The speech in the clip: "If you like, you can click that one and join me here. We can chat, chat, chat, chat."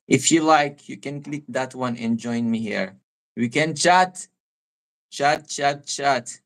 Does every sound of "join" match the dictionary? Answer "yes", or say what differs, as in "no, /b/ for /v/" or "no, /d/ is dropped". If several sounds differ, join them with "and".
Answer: yes